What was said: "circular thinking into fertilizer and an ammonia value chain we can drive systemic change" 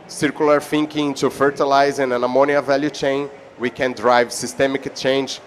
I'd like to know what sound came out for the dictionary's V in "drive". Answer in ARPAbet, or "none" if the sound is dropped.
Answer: V